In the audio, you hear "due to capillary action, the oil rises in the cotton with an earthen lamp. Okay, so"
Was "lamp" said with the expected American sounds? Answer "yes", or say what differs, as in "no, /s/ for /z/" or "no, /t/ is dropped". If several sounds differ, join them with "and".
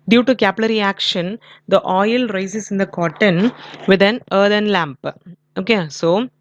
yes